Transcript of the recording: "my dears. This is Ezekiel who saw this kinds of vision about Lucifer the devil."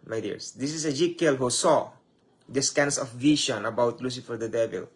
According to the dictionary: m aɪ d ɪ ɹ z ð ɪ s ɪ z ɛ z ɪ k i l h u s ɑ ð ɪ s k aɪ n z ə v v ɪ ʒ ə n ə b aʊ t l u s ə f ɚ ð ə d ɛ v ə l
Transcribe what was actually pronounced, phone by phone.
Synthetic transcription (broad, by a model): m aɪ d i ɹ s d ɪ s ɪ s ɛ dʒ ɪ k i l h u s ɑ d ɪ s k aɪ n s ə f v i ʃ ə n ə b aʊ t l u s ə f ɚ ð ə d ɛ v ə l